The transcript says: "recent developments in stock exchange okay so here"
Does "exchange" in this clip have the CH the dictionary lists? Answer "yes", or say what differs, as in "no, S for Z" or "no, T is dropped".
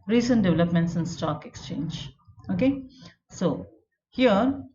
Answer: yes